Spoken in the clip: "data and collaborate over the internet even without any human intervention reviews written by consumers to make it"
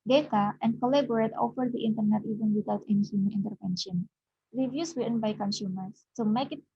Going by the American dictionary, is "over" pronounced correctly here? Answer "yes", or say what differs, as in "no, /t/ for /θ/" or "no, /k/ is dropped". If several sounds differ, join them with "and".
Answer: no, /f/ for /v/